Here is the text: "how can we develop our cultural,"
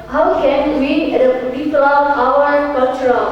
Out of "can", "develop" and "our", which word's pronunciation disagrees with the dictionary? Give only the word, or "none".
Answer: develop